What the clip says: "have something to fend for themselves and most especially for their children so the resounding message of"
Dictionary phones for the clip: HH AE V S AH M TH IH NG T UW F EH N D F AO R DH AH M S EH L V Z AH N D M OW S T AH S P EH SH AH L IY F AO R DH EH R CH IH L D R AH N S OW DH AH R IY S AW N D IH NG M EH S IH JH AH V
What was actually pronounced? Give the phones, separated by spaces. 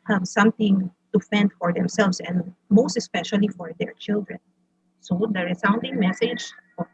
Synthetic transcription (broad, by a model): HH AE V S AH M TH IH NG T UW F EH N D F AO R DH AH M S EH L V S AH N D M OW S T AH S P EH SH AH L IY F AO R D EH R CH IH L D R AH N S OW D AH R IY S AW N D IH NG M EH S IH JH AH